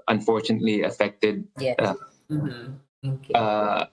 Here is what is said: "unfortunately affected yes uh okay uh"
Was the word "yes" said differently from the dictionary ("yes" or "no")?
yes